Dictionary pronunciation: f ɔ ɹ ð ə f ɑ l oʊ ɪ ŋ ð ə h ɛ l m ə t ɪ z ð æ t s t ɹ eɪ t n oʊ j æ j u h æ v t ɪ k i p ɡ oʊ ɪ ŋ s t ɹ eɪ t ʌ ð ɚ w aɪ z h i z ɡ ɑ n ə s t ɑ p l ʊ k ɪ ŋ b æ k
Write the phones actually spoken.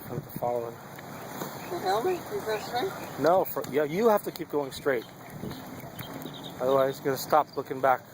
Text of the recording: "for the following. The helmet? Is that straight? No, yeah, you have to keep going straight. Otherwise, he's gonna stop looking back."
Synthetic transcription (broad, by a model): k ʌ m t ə f ɑ l oʊ ɪ ŋ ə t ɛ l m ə ɪ z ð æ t s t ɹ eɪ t n oʊ j æ j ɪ h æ f t ɪ k i p ɡ oʊ ɪ ŋ s t ɹ eɪ t ʌ ð ɚ w aɪ z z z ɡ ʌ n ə s t ɑ p l ʊ k ɪ ŋ b æ k